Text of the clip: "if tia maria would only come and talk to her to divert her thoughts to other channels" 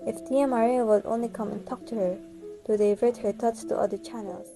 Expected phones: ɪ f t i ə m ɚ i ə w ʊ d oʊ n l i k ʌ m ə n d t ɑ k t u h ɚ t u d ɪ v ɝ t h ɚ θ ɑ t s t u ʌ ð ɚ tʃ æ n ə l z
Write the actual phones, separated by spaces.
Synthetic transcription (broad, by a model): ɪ f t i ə m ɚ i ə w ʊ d oʊ n l i k ʌ m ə n t ɑ k t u h ɚ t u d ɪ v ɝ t h ɚ t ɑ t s t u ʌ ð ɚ tʃ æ n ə l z